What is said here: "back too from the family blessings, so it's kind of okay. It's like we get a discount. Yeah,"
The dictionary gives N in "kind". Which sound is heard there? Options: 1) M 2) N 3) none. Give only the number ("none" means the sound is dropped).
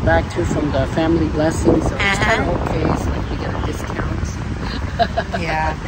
3